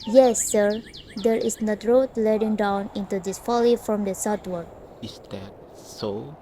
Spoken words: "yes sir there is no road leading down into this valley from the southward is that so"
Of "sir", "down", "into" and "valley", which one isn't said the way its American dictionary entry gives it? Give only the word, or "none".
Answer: valley